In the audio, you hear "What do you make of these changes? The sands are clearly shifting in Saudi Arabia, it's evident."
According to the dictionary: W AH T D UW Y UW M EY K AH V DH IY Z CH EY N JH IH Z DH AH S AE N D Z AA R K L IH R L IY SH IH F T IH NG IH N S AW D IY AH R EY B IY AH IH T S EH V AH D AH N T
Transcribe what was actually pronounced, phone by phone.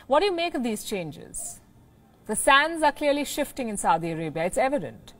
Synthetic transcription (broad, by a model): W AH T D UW Y UW M EY K AH V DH IY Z CH EY N JH IH Z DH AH S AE N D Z AA R K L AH R L IY SH IH F T IH NG IH N S AW D IY AH R EY B IY AH IH T S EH V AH D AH N T